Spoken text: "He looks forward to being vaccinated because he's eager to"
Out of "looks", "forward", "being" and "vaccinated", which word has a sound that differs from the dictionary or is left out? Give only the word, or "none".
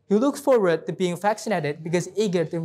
vaccinated